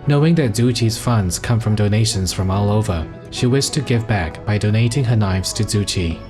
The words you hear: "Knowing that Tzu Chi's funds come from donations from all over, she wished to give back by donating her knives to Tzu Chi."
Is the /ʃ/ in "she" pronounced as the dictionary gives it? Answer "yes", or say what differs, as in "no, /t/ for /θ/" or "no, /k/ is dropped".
yes